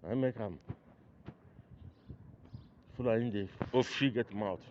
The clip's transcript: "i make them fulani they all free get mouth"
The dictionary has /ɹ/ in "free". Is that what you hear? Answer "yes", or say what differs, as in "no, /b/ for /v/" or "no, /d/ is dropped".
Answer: no, /ɹ/ is dropped